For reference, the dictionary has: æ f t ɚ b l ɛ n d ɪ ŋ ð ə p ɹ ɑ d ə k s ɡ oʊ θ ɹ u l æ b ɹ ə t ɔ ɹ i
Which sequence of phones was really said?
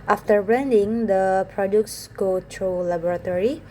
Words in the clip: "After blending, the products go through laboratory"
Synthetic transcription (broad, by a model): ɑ f t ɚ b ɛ n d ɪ ŋ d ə p ɹ ɑ d ə k s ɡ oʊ t ɹ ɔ l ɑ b ɹ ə t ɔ ɹ i